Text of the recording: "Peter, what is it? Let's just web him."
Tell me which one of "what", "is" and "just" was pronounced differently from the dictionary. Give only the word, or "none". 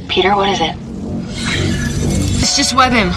none